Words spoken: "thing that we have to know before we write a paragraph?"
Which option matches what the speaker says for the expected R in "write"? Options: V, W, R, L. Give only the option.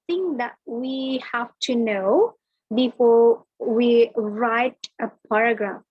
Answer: R